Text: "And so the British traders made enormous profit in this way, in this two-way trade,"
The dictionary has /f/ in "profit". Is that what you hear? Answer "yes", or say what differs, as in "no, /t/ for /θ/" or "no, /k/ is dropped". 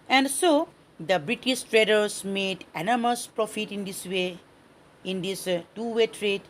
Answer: yes